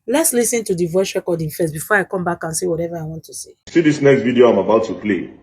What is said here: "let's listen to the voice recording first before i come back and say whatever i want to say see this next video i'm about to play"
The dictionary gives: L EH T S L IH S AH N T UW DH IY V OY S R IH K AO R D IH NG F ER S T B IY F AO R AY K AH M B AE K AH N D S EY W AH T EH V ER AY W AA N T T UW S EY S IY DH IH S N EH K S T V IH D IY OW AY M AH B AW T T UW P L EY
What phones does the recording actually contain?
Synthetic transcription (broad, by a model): L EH T S L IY S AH N T UW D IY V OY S R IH K AO D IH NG F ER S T B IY F AO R AY K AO M B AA K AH N S EY W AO T EH V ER AY W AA N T T UW S EY S IY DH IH S N EH K S T V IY D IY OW AY M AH B AW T T UW P L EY